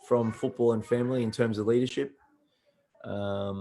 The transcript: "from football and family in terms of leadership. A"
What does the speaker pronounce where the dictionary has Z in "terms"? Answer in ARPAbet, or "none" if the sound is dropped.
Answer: Z